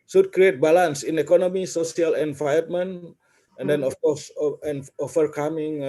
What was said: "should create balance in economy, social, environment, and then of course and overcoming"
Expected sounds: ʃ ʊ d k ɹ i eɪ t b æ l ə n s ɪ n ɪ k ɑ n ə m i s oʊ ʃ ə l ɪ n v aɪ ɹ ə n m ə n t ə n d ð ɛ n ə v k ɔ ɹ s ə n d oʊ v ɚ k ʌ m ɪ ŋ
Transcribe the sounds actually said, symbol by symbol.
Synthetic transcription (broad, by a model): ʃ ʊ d k ɹ i eɪ t b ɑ l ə n s ɪ n ɪ k ɑ n ə m i s oʊ s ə l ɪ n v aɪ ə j m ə n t ə n d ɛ n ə f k ɔ s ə n oʊ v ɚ k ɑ m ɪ ŋ